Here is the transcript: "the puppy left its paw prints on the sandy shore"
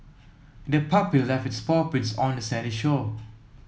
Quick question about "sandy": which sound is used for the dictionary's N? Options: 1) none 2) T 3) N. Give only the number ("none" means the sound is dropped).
1